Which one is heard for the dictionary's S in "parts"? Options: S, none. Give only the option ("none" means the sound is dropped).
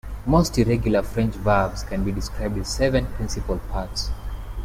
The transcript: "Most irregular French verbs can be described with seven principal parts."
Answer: S